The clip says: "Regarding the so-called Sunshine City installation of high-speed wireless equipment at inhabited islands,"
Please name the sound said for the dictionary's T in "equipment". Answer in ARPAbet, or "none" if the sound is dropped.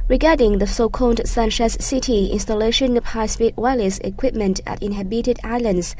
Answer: T